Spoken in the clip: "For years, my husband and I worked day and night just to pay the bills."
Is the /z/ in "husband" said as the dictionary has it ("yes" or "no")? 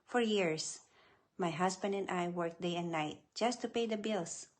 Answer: no